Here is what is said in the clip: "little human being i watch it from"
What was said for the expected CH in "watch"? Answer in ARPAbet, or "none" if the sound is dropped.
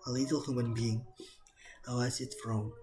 S